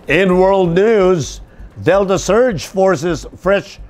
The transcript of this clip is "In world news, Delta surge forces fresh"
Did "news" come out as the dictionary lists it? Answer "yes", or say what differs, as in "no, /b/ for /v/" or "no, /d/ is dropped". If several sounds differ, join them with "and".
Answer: yes